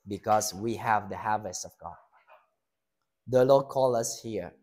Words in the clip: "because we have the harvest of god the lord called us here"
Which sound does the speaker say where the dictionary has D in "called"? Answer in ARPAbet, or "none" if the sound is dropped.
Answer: none